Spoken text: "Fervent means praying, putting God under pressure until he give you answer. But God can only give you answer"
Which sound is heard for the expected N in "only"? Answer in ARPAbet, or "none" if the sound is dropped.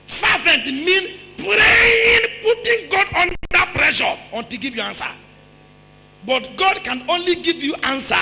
N